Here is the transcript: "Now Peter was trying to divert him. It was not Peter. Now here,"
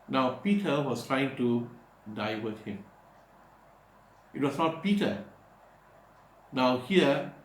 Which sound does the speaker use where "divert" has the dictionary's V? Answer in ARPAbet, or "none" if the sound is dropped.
W